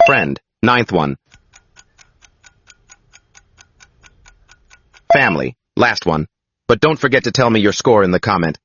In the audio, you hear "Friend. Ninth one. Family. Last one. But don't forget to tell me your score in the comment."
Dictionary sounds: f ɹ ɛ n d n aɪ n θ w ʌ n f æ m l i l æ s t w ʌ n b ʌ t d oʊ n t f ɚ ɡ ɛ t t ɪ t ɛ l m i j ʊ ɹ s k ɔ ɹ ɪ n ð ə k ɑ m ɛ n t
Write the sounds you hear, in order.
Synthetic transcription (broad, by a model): f ɹ ɛ n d n aɪ n θ w ʌ n f æ m l i l æ s t w ʌ n b ʌ t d oʊ n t f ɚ ɡ ɛ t t ɪ t ɛ l m i j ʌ ɹ s k ɔ ɹ ɪ n ð ə k ɑ m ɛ n t